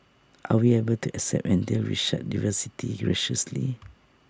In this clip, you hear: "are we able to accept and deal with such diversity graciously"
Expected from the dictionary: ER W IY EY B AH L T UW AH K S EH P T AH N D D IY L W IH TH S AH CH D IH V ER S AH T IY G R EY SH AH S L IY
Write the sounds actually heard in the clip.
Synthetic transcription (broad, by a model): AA W IY EY B AH L T UW AH K S EH P T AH N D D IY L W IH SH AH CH D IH V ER S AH T IY G R EY SH AH S L IY